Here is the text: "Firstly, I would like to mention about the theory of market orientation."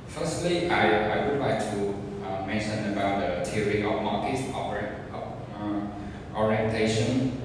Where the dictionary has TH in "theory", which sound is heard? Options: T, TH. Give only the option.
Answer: T